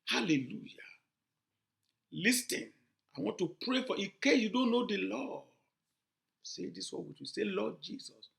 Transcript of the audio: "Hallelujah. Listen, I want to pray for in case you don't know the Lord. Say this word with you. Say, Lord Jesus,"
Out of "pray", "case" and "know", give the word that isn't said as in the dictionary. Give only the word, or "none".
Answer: case